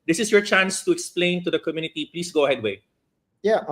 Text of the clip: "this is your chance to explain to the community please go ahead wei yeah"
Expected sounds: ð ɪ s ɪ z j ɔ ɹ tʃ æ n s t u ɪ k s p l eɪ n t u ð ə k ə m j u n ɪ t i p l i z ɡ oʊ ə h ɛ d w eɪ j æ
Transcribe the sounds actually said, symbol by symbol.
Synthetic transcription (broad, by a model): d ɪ s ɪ s j ɔ ɹ tʃ æ n s t u ɪ k s p l eɪ n t u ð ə k ə m j u n ɪ t i p l i s ɡ oʊ ə h ɛ d w eɪ j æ